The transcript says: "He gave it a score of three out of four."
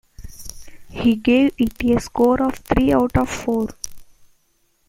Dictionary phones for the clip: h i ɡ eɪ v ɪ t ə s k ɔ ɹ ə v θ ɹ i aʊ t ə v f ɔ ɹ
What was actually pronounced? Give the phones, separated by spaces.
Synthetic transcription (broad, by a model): h i ɡ eɪ v ɪ t ə s k ɔ ɹ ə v t ɹ i aʊ t ə v f ɔ ɹ